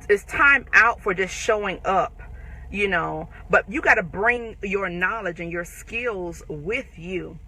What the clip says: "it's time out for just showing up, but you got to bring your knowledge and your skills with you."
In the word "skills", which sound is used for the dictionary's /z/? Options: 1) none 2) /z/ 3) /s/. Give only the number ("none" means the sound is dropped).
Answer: 2